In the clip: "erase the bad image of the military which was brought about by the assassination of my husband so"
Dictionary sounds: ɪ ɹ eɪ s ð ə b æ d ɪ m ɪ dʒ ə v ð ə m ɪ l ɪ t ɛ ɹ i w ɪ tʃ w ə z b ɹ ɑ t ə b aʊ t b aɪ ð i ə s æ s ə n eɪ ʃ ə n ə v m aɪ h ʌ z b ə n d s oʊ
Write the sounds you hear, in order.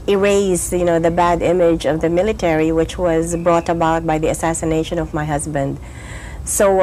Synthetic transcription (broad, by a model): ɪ ɹ eɪ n ð ə b æ d ɪ m ɪ dʒ ə v ð ə m ɪ l ɪ t ɛ ɹ i w ɪ tʃ w ə z b ɹ ɑ t ə b aʊ t b aɪ ð i ə s æ s ə n eɪ ʃ ə n ə v m aɪ h ʌ z b ə n d s oʊ